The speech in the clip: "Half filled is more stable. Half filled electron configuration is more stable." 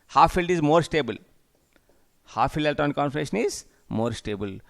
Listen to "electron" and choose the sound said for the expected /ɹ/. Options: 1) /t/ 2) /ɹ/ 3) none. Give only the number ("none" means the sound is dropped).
3